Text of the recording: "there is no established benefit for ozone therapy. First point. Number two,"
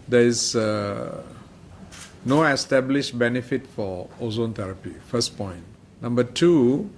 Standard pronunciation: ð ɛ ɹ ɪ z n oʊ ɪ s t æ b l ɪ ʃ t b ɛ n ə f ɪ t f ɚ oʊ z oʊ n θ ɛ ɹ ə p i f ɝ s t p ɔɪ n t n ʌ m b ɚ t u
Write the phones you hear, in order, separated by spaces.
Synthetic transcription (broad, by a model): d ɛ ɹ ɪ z n oʊ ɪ s t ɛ b l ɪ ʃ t b ɛ n ə f ɪ t f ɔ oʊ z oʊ n t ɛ ɹ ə p i f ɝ s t p ɔɪ n t n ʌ m b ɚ t u